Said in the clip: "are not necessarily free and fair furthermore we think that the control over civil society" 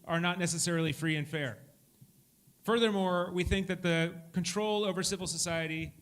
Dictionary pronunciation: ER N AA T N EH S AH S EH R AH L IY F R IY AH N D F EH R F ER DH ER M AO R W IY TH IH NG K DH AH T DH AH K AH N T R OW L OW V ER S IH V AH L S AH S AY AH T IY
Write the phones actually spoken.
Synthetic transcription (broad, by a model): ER N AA T N EH S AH S EH R L IY F R IY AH N F EH R F ER DH ER M AO R W IY TH IH NG K DH AH T DH AH K AH N T R OW L OW V ER S IH V L S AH S AY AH T IY